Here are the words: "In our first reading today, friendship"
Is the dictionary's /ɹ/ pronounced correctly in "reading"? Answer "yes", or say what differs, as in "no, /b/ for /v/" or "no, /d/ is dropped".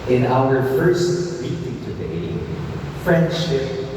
no, /w/ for /ɹ/